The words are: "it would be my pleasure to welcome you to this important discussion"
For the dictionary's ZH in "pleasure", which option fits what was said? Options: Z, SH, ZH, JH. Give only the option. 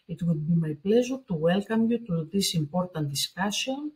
Z